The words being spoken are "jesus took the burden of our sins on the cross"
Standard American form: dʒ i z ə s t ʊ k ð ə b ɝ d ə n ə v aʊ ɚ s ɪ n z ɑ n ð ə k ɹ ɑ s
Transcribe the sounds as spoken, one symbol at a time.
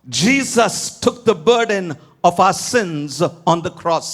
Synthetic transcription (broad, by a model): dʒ i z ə s t ʊ k ð ə b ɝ d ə n ə v aʊ ɚ s ɪ n z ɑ n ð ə k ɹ ɑ s